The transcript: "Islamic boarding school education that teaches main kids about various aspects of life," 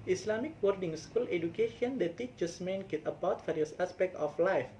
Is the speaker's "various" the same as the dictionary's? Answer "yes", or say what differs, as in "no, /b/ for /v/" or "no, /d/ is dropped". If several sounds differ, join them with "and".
no, /f/ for /v/